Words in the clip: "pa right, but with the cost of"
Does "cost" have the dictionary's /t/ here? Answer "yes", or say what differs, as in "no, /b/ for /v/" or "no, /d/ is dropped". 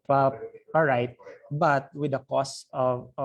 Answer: no, /t/ is dropped